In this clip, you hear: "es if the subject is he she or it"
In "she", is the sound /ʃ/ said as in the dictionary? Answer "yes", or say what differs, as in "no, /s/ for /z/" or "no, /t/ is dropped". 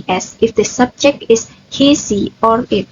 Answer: no, /s/ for /ʃ/